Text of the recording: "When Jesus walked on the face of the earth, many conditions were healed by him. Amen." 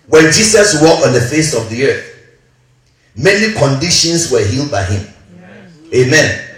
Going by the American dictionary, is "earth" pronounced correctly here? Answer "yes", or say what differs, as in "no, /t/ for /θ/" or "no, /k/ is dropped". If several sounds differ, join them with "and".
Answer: yes